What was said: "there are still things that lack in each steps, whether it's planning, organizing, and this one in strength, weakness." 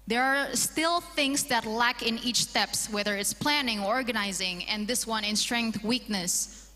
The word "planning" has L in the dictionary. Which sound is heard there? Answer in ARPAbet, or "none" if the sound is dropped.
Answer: L